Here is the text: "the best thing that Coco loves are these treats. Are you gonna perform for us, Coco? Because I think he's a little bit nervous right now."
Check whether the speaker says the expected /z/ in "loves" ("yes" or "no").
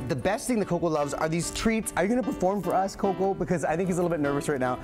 yes